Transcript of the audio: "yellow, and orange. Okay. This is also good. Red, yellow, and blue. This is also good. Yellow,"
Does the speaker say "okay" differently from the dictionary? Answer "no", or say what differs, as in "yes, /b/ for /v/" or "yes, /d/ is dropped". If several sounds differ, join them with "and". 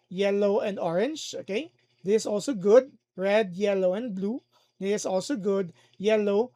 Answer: no